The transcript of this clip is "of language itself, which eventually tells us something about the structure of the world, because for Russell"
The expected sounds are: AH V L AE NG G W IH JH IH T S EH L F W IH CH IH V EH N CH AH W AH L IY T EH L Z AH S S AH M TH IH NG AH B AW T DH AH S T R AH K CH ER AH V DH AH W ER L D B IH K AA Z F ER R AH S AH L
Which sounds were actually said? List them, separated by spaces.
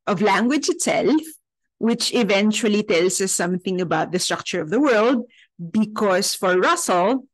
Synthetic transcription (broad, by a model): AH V L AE NG G W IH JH IH T S EH L F W IH CH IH V EH N CH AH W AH L IY T EH L S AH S S AH M TH IH NG AH B AW T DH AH S T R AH K CH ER AH V DH AH W ER L D B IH K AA S F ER R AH S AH L